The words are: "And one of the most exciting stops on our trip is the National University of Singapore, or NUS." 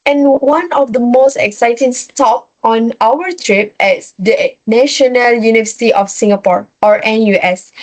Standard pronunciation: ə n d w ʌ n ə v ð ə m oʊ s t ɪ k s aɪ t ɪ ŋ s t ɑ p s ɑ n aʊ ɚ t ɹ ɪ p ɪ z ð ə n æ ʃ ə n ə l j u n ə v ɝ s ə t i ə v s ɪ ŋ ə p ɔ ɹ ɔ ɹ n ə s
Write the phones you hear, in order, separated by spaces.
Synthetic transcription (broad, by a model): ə n w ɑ n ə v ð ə m oʊ s t ɪ k s aɪ t ɪ ŋ s t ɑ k ɑ n aʊ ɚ t ɹ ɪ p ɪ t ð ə n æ ʃ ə n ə l j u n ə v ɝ s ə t i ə f s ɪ ŋ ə p ɔ ɹ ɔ ɹ n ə s